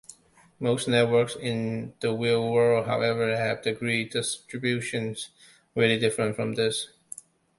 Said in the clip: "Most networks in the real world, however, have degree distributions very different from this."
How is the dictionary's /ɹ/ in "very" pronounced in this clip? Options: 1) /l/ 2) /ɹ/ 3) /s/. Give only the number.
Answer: 1